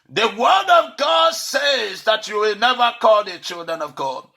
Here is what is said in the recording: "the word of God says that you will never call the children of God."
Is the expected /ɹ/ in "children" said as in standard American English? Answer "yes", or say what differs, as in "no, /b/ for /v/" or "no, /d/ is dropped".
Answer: yes